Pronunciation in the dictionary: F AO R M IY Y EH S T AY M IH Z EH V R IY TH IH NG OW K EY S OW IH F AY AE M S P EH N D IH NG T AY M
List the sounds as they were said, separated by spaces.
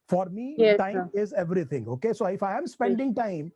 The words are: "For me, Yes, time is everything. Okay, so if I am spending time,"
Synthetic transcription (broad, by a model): F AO R M IY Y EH T AY M IH Z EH V R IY T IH NG OW K EY S OW IH F AY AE M S P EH N D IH NG T AY M